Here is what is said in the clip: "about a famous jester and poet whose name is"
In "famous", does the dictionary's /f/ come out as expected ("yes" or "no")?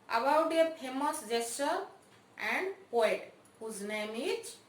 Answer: no